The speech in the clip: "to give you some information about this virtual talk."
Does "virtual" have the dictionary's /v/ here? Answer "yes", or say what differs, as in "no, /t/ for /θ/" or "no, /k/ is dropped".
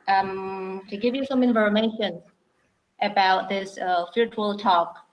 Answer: no, /f/ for /v/